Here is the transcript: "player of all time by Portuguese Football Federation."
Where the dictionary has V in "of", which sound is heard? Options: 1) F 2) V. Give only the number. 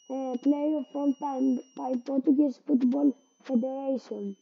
1